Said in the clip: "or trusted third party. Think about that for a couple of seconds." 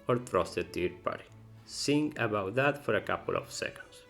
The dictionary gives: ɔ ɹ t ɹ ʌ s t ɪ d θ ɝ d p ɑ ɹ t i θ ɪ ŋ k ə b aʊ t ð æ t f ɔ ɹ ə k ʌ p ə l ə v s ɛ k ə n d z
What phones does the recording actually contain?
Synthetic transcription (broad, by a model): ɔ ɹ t ɹ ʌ s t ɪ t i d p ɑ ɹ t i s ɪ ŋ ə b aʊ t ð æ t f ɔ ɹ ə k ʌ p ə l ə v s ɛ k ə n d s